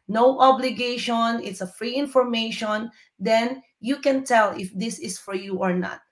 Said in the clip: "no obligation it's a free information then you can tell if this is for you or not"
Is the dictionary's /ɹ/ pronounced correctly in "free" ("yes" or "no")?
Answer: yes